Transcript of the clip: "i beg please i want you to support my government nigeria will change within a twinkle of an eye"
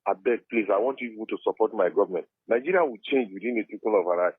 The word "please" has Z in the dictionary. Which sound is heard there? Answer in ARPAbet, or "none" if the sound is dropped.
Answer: S